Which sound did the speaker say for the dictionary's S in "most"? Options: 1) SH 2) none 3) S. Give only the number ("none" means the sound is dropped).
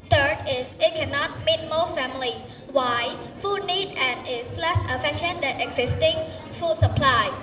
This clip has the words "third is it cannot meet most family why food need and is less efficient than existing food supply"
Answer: 2